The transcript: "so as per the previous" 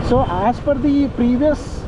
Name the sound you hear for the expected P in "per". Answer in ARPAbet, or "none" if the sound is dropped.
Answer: F